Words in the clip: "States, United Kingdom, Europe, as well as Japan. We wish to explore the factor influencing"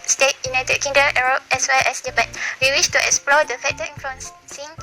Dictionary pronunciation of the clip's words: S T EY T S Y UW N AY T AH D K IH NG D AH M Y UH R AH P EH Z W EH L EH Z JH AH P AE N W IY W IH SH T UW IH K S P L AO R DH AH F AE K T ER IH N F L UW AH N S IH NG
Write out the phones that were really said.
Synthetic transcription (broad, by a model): S T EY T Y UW N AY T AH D K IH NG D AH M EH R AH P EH S W EH L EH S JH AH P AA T W IY W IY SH T UW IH K S P L AO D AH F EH T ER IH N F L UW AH N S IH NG